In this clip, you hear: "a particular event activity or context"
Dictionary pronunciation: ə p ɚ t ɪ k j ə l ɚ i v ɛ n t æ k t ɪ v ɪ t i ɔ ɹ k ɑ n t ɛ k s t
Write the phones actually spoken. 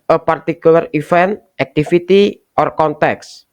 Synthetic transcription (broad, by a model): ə p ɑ t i k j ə l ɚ i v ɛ n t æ k t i f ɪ t i ɔ ɹ k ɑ n t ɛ k s